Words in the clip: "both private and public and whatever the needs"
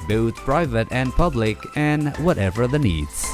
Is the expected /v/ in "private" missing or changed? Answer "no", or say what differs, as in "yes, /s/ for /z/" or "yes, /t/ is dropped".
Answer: no